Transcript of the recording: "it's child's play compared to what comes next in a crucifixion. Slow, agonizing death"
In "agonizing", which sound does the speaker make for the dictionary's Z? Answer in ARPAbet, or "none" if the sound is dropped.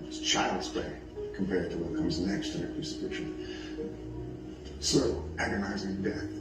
Z